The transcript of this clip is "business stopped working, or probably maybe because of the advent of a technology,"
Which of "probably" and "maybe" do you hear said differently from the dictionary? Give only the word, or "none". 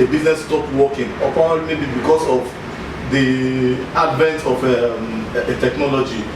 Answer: probably